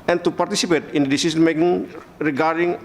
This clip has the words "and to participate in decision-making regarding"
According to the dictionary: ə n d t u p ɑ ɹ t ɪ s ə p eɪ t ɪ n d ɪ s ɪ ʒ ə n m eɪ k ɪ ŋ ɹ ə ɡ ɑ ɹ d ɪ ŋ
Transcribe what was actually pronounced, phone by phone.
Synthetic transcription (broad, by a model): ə n t u p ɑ ɹ t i s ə p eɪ t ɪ n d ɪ s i s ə n m eɪ k ɪ ŋ ɹ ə ɡ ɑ ɹ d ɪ ŋ